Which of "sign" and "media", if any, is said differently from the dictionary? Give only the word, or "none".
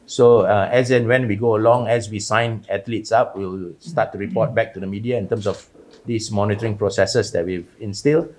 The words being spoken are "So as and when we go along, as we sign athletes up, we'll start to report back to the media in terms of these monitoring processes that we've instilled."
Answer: none